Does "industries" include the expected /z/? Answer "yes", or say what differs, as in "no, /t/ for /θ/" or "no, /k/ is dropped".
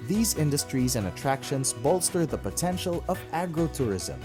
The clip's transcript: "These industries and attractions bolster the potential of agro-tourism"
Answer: yes